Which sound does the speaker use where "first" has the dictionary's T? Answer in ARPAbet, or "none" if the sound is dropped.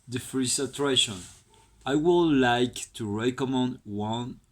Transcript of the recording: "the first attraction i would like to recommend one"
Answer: none